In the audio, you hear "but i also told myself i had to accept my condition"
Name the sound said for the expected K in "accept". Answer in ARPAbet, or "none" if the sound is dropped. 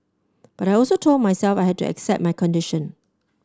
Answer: K